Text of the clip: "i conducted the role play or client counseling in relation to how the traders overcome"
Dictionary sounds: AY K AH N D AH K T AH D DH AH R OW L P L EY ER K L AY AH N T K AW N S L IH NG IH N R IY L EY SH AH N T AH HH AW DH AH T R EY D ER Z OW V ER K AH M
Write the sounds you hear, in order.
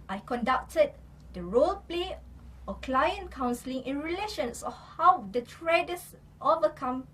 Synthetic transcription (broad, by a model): AY K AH N D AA K T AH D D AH R OW L P L EY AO K L AY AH N K AW N S L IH NG IH N R IY L EY SH AH N S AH HH AW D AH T R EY D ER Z OW V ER K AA M